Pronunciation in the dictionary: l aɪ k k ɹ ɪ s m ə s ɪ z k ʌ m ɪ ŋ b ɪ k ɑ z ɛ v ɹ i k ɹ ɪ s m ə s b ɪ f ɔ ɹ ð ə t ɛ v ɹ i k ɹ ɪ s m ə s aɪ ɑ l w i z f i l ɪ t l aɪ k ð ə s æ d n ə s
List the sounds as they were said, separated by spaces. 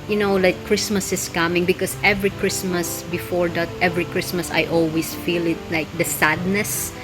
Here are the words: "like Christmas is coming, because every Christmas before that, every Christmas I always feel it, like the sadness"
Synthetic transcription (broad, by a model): l aɪ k k ɹ ɪ s m ə s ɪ s k ʌ m ɪ ŋ b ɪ k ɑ s ɛ v ɹ i k ɹ ɪ s m ə s b ɪ f ɔ ɹ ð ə t ɛ v ɹ i k ɹ ɪ s m ə s aɪ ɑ l w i s f i l ɪ t l aɪ k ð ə s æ d n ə s